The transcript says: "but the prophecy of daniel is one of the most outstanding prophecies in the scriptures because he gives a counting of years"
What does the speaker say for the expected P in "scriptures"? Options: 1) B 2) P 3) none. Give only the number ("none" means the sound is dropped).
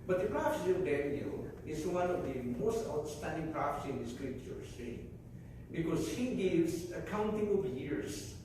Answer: 3